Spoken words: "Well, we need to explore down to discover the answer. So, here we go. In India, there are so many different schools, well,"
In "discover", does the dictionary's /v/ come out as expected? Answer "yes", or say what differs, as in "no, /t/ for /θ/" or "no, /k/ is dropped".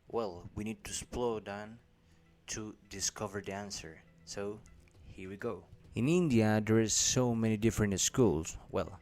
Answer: yes